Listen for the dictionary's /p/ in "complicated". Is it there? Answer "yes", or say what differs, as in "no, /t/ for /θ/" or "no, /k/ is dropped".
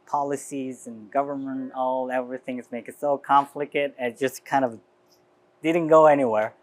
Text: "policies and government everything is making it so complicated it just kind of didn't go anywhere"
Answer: no, /f/ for /p/